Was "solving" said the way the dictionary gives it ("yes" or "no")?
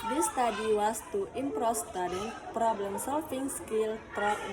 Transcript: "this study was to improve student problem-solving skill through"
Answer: no